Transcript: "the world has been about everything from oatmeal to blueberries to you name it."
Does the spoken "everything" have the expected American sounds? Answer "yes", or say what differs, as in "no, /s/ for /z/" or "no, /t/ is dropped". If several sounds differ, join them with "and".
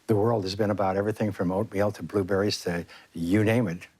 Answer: yes